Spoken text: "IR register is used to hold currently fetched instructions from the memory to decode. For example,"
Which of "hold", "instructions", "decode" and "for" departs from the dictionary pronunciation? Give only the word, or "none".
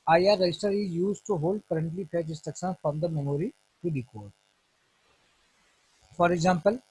instructions